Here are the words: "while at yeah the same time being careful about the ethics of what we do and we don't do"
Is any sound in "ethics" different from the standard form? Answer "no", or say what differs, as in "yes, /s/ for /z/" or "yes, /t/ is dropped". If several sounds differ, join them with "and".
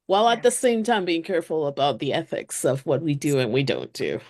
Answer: no